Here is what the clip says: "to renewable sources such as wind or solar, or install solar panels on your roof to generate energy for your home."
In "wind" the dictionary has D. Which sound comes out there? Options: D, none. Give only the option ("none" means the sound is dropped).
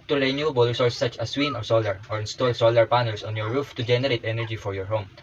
none